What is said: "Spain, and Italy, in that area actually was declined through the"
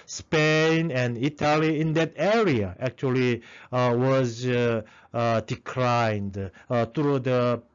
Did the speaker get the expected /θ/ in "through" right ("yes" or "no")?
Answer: no